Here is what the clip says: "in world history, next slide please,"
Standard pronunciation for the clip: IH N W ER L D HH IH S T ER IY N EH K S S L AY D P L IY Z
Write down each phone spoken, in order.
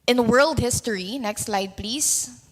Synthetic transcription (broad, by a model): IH N W ER L D HH IH S T ER IY N EH K S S L AY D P L IY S